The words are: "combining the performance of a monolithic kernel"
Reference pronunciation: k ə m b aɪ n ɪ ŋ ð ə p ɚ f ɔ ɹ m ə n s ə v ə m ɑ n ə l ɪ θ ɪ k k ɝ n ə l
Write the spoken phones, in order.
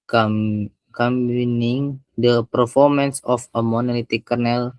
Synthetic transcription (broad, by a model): k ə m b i n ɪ ŋ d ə p ɚ f ɔ ɹ m ə n s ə f ə m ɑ n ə l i t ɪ k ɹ n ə l